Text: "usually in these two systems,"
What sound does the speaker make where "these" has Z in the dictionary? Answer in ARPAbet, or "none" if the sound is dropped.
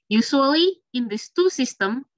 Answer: S